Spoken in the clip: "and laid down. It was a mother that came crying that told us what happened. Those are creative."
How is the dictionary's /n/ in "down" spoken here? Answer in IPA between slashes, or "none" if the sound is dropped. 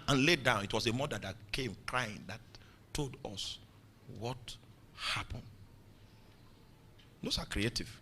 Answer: /n/